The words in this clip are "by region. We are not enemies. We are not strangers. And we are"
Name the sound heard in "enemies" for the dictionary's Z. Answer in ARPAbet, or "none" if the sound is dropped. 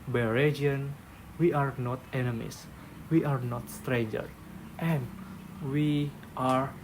S